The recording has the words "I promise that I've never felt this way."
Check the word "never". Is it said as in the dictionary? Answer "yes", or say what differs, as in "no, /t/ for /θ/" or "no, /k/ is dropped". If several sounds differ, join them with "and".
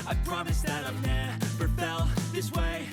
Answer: no, /p/ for /v/